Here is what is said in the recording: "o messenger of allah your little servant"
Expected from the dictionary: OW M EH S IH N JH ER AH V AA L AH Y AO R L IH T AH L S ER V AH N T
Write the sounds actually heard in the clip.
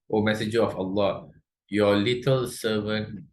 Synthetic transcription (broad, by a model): OW M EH S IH JH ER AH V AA L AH Y AO L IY T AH L S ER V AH N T